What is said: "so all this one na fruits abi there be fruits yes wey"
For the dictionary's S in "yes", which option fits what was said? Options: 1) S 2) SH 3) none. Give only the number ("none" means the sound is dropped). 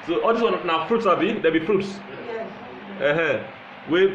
3